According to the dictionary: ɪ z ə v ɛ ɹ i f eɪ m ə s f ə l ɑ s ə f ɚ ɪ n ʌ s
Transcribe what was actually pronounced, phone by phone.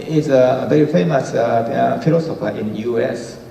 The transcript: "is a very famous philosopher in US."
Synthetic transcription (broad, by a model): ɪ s ə v ɛ ɹ i f eɪ m ə s f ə l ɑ s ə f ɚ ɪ n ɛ s